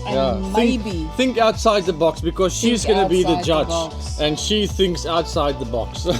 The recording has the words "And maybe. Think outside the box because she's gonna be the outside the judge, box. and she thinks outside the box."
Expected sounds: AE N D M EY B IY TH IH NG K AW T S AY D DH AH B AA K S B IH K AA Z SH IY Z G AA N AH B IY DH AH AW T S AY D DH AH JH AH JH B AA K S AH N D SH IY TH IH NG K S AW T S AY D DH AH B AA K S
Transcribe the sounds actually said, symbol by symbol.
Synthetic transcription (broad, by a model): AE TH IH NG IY TH IH NG K AW T S AY D DH AH B AA K S B IH K AA Z SH IY Z G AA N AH B IY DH DH AH JH AH JH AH N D SH IY TH IH NG K S AW T S AY D DH AH B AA K S